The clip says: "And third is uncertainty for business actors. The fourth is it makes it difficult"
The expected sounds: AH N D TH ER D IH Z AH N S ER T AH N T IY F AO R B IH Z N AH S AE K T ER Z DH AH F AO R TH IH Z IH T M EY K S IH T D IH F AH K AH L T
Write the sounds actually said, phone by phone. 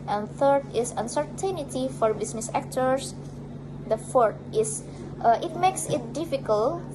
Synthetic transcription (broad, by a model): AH N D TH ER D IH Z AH N S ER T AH N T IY F AO R B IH S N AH S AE K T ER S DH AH F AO R T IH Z IH T M EY K S IH T D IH F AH K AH L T